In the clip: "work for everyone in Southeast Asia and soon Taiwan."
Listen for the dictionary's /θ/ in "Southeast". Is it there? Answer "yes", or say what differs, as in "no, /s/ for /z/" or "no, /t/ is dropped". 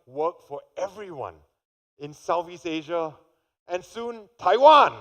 no, /f/ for /θ/